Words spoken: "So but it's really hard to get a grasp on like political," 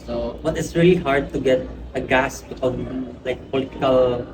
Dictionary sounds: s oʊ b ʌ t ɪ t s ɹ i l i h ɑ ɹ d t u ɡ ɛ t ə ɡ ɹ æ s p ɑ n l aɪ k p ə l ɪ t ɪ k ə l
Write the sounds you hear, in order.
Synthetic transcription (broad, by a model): s oʊ b ʌ t ɪ t s ɹ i l i h ɑ ɹ d t u ɡ ɛ t ə ɡ æ s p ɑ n l aɪ k p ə l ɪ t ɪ k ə l